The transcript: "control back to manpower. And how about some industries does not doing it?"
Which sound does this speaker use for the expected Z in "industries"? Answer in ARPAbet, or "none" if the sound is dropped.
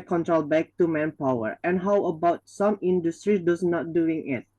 none